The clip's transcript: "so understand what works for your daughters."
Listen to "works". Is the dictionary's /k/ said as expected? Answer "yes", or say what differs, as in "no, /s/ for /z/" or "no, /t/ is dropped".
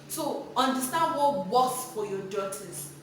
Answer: no, /k/ is dropped